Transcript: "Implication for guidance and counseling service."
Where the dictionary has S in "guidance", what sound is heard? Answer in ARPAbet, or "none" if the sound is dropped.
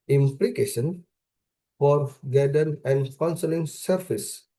none